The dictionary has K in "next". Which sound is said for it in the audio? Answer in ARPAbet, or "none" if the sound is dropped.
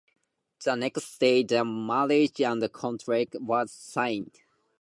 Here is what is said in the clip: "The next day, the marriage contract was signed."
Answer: K